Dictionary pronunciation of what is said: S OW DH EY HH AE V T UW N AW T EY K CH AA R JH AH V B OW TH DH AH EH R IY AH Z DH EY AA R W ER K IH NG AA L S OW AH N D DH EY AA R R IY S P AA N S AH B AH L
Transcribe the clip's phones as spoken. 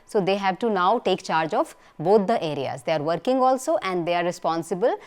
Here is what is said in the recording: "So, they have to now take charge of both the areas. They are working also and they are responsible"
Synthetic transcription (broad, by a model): S OW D EY HH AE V T UW N AW T EY K CH AA R JH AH F B OW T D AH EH R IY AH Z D EY AA R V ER K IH NG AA L S OW AH N D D EY AA R R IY S P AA N S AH B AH L